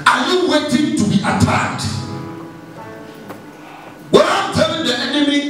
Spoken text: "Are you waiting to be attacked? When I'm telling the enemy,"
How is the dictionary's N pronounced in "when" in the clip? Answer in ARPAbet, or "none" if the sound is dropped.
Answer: none